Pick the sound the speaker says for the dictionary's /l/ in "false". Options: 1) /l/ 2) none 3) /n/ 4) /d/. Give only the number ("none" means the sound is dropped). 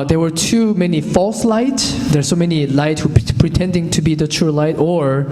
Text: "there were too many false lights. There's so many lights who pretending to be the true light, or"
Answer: 1